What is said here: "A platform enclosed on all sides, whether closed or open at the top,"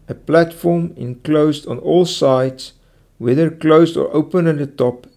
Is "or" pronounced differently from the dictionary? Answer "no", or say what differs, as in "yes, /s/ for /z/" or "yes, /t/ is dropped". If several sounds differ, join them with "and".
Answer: no